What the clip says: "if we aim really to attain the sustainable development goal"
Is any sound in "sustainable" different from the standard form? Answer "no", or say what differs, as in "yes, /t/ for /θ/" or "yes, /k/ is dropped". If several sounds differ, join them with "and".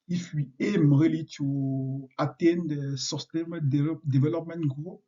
yes, /b/ is dropped